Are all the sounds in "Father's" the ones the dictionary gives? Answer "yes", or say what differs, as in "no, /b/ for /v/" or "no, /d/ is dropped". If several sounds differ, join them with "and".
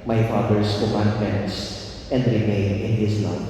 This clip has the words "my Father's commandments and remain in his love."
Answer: no, /s/ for /z/